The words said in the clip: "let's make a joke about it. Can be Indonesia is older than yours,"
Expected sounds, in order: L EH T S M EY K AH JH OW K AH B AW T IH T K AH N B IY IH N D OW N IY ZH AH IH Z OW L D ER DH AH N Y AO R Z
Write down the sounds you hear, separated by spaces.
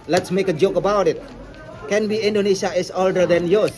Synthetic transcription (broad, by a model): L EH T S M EY K AH JH OW K AH B AW T IH T K AH N B IY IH N D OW N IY SH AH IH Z OW L D ER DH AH N Y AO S